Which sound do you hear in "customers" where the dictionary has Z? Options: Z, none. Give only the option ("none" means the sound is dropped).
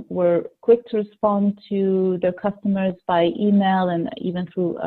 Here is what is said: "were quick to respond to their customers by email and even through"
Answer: Z